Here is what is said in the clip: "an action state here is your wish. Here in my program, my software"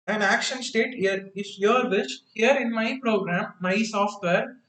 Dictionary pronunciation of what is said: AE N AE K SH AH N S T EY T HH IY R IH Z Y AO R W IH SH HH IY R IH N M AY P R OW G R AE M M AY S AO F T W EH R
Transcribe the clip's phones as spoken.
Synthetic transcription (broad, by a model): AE N AE K SH AH N S T EY T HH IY R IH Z Y AO R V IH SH HH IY R IH N M AY P R OW G R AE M M AY S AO F T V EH R